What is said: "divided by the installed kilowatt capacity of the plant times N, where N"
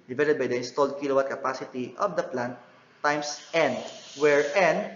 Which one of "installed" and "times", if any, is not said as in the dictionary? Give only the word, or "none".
times